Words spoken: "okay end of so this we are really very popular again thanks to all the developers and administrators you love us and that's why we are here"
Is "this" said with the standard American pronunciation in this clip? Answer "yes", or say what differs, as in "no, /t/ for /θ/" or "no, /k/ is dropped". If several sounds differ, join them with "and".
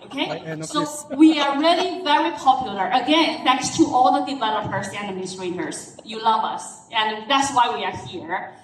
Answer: no, /s/ is dropped